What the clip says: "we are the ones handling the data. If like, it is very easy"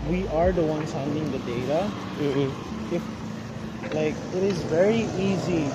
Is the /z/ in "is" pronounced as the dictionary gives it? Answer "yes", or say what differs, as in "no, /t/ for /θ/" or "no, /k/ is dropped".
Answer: yes